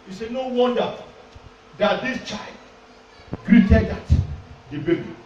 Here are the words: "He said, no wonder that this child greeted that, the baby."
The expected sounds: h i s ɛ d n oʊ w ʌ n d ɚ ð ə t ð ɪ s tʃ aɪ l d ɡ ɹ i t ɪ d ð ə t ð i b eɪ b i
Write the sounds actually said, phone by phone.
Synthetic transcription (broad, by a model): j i s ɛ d n oʊ w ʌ n d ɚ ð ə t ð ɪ s tʃ aɪ l d ɡ ɹ i t ɪ d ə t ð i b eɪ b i